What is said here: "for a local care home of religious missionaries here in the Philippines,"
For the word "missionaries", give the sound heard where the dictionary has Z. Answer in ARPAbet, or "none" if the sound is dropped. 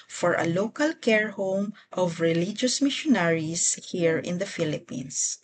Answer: S